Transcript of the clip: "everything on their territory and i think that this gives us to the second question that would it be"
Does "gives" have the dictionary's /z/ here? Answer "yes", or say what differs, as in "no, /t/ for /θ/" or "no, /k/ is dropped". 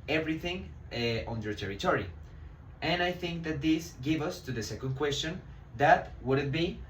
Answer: no, /z/ is dropped